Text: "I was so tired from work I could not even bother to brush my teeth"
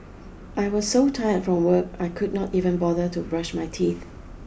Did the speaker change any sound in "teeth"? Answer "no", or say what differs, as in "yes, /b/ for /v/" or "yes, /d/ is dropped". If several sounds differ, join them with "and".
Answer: no